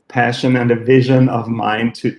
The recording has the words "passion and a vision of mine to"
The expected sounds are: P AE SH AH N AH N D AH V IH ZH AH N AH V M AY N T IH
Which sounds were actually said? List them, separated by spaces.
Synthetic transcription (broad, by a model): P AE SH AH N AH N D AH V IH ZH AH N AH V M AY N T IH